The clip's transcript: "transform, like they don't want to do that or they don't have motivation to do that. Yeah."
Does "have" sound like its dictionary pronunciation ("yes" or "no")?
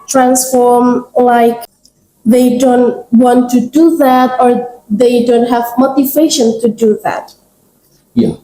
yes